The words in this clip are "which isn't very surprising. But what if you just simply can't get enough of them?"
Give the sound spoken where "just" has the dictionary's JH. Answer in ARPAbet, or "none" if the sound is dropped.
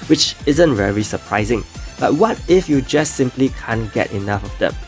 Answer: JH